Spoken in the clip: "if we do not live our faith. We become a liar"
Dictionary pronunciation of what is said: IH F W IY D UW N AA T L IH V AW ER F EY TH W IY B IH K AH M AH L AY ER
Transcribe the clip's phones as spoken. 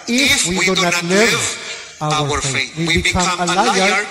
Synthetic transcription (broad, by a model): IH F W IY D UW N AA T L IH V AW ER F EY T W IY B IH K AH M AH L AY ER